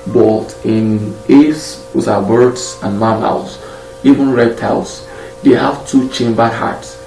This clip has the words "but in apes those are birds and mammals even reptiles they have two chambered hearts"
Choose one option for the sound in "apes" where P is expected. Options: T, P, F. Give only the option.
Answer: F